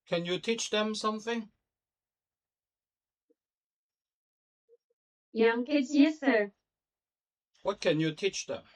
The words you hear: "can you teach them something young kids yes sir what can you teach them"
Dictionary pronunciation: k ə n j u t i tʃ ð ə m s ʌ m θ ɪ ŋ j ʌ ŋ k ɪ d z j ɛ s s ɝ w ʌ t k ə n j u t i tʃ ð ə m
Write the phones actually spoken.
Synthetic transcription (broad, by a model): k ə n j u t i tʃ ð ə m s ʌ m θ ɪ ŋ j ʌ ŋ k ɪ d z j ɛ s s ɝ w ʌ t k ə n j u t i tʃ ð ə m